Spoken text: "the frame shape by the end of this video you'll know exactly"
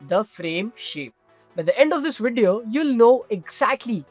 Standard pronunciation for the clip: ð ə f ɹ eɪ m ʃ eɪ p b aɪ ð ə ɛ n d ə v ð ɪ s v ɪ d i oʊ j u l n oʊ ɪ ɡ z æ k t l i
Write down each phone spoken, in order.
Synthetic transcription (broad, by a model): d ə f ɹ eɪ m ʃ eɪ p b aɪ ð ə ɛ n d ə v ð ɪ s v ɪ d i oʊ j u l n oʊ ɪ ɡ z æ k t l i